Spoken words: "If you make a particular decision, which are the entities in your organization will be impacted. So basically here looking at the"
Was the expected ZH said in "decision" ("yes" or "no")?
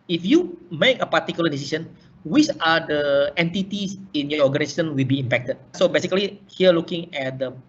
no